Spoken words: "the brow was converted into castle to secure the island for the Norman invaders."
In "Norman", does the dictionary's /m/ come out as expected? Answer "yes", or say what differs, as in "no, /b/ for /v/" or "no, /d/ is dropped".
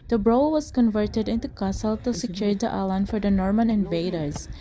yes